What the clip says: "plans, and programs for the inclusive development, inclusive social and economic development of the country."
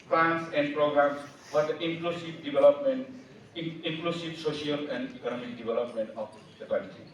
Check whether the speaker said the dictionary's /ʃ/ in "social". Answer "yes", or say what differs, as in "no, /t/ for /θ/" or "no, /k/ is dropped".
no, /s/ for /ʃ/